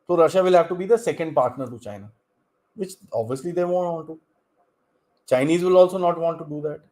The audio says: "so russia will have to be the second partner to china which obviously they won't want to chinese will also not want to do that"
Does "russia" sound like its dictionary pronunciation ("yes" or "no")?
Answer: yes